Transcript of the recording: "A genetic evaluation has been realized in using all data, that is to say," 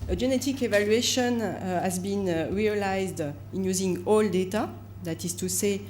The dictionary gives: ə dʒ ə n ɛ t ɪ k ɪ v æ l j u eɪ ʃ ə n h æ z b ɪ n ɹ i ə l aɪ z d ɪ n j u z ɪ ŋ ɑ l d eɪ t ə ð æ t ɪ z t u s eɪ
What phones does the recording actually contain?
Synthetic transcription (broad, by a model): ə dʒ ə n ɛ t ɪ k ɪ v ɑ l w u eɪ ʃ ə n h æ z b ɪ n ɹ i ə l aɪ z d ɪ n j u z ɪ ŋ ɑ l d eɪ t ə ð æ t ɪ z t u s eɪ